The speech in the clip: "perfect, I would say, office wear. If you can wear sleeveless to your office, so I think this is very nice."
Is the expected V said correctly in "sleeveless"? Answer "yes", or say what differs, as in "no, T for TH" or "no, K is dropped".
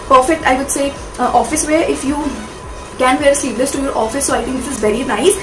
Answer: no, P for V